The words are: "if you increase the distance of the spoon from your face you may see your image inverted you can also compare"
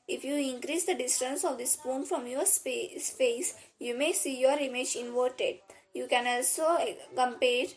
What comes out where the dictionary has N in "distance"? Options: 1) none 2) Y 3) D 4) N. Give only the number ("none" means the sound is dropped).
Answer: 4